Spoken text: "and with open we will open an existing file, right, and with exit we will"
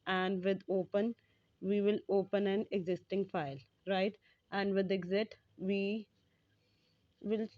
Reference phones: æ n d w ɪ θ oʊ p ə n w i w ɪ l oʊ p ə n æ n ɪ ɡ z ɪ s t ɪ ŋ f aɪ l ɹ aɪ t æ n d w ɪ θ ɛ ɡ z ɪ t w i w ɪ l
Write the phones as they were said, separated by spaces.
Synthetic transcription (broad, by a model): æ n d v ɪ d oʊ p ə n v i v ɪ l oʊ p ə n æ n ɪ ɡ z ɪ s t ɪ ŋ f aɪ l ɹ aɪ t æ n d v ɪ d ɛ ɡ z ɪ t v i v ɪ l